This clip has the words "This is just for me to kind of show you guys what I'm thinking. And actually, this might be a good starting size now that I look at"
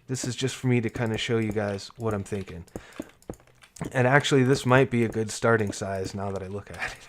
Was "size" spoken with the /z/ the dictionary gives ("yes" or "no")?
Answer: yes